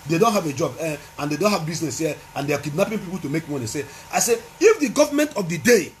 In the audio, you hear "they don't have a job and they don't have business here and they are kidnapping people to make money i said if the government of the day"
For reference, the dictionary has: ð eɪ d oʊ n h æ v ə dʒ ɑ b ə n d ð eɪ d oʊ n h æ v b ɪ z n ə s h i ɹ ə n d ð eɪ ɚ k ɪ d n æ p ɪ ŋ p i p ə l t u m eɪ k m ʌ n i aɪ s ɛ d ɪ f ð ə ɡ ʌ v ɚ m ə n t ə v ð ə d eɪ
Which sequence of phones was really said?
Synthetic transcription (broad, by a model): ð eɪ d oʊ n h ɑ v ə dʒ ɑ b ə n d eɪ d oʊ n h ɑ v b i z n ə s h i ə n d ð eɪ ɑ k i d n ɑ p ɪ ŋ p i p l t u m eɪ k m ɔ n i aɪ s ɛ ɪ f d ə ɡ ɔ v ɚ m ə n t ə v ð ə d eɪ